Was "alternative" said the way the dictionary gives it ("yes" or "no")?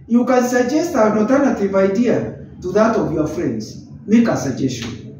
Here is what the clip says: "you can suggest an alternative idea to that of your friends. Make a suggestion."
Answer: no